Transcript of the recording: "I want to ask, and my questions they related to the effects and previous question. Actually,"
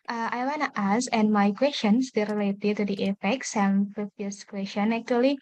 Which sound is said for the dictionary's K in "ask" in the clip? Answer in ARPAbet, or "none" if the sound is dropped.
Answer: none